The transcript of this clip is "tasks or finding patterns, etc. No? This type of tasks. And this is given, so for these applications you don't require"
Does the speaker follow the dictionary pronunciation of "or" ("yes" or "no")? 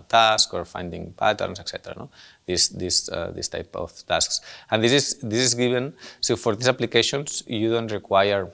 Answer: yes